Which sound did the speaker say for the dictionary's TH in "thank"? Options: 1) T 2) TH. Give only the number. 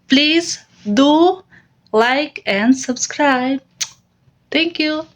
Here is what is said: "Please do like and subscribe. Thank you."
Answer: 1